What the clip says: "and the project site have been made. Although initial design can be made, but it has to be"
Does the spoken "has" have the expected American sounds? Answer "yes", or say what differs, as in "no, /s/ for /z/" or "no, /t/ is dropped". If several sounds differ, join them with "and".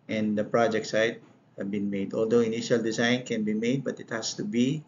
no, /s/ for /z/